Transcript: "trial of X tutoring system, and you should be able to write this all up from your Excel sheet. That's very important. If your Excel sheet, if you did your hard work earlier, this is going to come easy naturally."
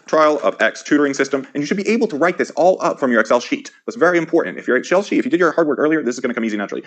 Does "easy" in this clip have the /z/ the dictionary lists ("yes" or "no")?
yes